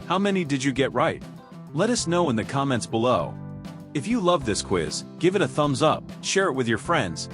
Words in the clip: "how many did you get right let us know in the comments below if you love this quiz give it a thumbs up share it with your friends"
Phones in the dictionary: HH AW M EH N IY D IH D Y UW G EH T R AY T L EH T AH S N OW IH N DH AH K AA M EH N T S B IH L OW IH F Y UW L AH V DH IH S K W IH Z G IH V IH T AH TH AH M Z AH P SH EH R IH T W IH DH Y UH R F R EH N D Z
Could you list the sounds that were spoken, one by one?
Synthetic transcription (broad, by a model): HH AW M EH N IY D IH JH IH G EH T R AY T L EH T AH S N OW IH N DH AH K AA M EH N T S B IH L OW IH F Y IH L AH V DH IH S K W IH Z G IH V IH T AH TH AH M Z AH P SH EH R IH T W IH DH Y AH R F R EH N D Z